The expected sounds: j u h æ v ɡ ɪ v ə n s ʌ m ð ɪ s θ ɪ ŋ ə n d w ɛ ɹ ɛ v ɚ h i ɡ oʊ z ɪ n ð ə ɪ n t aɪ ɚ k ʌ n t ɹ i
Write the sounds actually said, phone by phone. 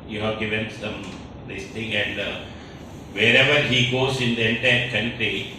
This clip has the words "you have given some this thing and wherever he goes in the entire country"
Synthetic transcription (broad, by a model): j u h æ v ɡ ɪ v ə n s ʌ m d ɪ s t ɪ ŋ ə n d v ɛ ɹ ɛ v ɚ h i ɡ oʊ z ɪ n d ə ɪ n t aɪ ɚ k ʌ n t ɹ i